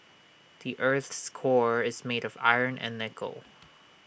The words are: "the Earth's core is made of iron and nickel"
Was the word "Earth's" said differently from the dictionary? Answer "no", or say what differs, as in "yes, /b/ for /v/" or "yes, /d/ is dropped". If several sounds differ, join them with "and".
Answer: no